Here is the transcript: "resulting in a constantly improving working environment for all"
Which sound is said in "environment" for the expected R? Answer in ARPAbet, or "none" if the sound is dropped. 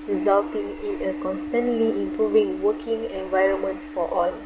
R